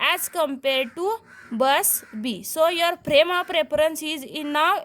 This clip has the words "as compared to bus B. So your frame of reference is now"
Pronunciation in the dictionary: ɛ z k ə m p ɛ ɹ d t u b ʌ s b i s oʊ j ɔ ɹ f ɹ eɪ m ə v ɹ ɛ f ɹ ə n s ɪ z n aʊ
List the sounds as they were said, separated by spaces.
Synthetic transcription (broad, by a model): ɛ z k ə m p ɛ ɹ d t u b ʌ s b i s oʊ j ɔ ɹ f ɹ eɪ m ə p ɹ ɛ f ɹ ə n s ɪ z n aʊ